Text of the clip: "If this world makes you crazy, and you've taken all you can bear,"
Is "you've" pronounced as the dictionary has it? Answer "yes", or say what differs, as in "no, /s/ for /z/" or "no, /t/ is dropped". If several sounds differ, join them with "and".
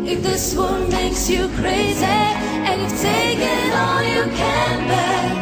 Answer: no, /f/ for /v/